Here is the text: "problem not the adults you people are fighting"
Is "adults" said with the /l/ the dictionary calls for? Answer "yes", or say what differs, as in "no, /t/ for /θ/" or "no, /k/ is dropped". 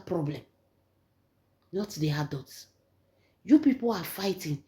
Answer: no, /l/ is dropped